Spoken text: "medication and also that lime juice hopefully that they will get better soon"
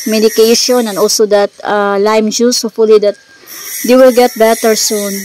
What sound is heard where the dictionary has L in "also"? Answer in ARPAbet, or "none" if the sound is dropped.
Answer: L